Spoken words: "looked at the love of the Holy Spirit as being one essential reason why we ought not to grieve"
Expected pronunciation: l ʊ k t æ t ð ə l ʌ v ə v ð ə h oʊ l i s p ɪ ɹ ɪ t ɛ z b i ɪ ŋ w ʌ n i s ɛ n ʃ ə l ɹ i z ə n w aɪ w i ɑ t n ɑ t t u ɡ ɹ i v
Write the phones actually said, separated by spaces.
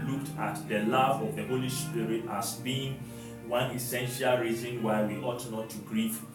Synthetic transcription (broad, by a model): l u k t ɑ t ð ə l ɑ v ə v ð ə h oʊ l i s p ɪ ɹ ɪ t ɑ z b i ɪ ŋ w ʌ n i s ɛ n ʃ ə l ɹ i z ə n w aɪ w i ɑ t n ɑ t t u ɡ ɹ i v